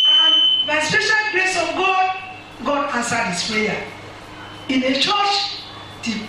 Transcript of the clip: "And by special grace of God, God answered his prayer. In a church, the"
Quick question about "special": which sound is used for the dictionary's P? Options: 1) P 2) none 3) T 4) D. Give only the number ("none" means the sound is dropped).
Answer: 1